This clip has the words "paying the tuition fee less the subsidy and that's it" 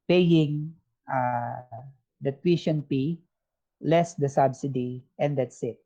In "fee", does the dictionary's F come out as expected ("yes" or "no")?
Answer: no